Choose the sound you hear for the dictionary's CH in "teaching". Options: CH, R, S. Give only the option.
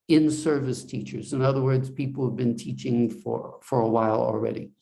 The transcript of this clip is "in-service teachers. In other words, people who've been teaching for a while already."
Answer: CH